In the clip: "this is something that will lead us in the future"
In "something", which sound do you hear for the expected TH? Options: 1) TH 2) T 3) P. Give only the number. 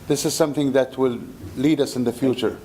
1